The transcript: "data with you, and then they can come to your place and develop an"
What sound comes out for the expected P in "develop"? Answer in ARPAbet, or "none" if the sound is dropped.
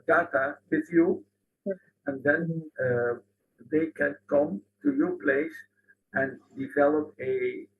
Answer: P